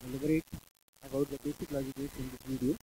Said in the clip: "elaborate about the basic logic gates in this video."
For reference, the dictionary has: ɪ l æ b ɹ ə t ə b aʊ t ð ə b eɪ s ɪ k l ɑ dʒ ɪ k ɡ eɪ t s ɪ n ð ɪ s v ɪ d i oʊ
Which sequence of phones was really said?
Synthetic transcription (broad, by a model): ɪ l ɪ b ɹ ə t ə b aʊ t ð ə b eɪ s ɪ k l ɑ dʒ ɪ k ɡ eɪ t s ɪ n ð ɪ v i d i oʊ